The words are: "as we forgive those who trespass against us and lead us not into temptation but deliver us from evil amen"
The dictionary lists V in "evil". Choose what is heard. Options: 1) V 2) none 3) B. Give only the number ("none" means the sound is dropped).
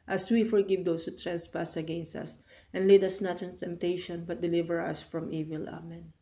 1